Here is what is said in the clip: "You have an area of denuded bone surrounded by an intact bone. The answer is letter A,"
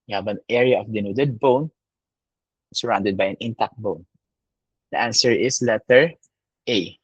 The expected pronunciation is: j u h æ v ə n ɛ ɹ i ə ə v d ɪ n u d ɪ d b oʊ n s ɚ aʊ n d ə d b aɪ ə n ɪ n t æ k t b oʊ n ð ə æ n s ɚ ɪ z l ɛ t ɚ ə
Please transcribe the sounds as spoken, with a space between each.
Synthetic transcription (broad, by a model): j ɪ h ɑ b ə n ɛ ɹ i ə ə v d ɪ n u d ɪ d b oʊ n s ɚ aʊ n d ə d b aɪ ə n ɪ n t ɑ k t b oʊ n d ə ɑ n s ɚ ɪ s l ɛ t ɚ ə